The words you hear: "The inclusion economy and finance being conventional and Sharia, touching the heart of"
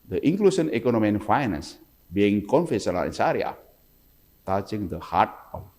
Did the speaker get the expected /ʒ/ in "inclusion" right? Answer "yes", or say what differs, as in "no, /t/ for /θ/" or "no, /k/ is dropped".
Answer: no, /s/ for /ʒ/